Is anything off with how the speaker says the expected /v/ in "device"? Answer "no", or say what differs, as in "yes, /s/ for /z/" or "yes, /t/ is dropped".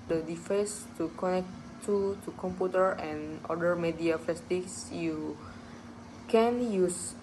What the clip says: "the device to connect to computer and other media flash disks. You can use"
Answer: yes, /f/ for /v/